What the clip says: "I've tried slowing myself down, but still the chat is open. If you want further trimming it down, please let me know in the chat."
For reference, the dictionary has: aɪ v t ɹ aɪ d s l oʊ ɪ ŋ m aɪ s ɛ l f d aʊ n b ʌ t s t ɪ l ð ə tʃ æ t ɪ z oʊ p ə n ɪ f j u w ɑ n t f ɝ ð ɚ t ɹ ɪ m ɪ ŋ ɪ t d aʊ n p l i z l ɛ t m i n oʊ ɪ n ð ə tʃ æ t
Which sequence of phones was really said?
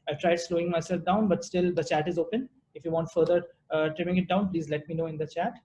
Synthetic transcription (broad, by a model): aɪ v t ɹ aɪ d s l oʊ ɪ ŋ m aɪ s ɛ l f d aʊ n b ʌ t s t ɪ l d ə tʃ æ t ɪ z oʊ p ə n ɪ f j u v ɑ n t f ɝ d ɚ t ɹ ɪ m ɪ ŋ ɪ t d aʊ n p l i z l ɛ t m i n oʊ ɪ n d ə tʃ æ t